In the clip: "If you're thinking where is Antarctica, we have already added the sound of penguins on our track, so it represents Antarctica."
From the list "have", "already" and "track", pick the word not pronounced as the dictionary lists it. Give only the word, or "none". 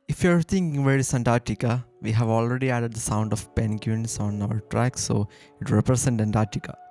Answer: none